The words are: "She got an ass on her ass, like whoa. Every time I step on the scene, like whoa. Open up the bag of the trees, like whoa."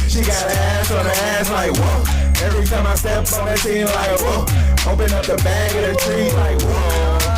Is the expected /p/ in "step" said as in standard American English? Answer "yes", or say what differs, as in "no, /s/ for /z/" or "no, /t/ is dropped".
no, /p/ is dropped